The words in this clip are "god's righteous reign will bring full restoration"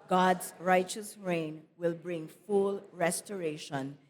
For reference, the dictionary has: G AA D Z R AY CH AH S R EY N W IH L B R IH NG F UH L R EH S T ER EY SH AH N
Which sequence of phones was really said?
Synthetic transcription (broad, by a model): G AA D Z R AY CH AH S R EY N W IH L B R IH NG F UH L R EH S T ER EY SH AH N